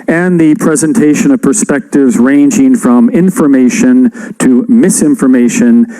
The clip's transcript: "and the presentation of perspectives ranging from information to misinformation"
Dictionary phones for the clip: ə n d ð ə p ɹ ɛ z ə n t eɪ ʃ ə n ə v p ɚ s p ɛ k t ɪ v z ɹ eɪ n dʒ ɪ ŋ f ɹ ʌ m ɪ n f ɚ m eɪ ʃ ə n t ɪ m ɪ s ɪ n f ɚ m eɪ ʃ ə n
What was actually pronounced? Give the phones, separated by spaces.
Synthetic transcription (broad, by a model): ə n ð ə p ɹ ɛ z ə n t eɪ ʃ ə n ə v p ɚ s p ɛ k t ɪ v z ɹ eɪ n dʒ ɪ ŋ f ɹ ʌ m ɪ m f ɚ m eɪ ʃ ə n t ɪ m ɪ s ɪ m f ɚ m eɪ ʃ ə n